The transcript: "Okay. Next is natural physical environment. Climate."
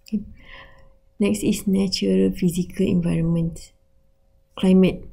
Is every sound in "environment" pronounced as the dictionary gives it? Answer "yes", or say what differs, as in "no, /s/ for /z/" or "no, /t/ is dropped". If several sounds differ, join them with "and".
yes